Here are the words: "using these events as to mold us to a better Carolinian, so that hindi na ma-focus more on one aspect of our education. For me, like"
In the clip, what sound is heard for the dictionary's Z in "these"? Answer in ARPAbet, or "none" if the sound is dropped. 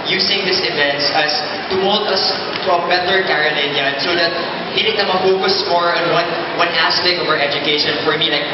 S